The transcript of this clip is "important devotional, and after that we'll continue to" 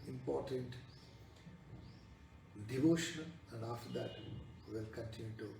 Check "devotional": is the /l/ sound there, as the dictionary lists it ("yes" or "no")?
no